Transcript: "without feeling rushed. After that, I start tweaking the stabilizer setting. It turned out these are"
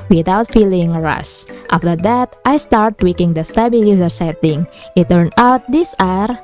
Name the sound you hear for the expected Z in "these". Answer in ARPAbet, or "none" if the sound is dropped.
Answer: S